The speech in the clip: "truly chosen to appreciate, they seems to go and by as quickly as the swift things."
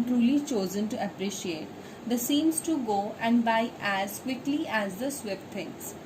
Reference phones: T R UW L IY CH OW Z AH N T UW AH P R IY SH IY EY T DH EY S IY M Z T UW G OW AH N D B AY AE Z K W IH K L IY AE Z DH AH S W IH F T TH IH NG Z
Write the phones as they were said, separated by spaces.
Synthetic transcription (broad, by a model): T R UW L IY CH OW Z AH N T UW AH P R IY SH IY EY T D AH S IY M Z T UW G OW AH N D B AY AE Z K W IH K L IY AE Z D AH S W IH P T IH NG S